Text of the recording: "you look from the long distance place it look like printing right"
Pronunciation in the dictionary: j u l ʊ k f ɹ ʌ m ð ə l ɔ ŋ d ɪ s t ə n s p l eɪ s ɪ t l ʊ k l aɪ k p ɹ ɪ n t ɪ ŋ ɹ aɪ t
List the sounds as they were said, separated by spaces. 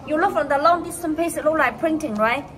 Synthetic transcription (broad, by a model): j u l ʊ k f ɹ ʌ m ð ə l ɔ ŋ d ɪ s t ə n p eɪ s ɪ t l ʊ l aɪ k p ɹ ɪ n t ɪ ŋ ɹ aɪ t